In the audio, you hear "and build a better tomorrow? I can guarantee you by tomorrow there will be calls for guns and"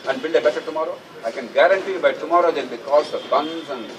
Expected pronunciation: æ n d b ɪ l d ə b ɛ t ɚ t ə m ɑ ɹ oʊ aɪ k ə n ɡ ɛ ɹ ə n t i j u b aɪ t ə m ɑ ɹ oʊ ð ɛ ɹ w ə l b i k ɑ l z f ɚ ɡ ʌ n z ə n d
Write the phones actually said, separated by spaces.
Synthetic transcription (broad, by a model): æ n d b ɪ l d ə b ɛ s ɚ t ə m ɑ ɹ oʊ aɪ k ə n ɡ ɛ ɹ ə n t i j b aɪ t ə m ɑ ɹ oʊ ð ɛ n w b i k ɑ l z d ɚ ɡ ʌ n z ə n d